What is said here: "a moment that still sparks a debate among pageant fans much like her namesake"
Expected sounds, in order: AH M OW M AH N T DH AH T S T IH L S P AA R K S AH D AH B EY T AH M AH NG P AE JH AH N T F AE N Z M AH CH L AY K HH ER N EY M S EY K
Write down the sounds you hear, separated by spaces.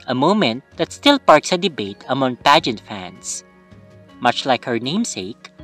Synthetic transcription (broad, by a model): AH M OW M AH N T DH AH T S T IH L P AA R K S AH D AH B EY T AH M AH NG P AE JH AH N T F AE N S M AH CH L AY K HH ER N EY M S EY K